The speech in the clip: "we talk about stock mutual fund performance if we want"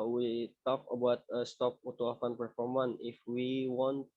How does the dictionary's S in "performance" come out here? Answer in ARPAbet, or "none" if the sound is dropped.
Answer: none